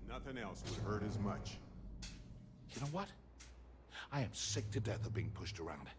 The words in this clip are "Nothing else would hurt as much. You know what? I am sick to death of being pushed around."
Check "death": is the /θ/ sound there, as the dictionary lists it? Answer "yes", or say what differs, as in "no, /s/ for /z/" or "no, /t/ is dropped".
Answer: yes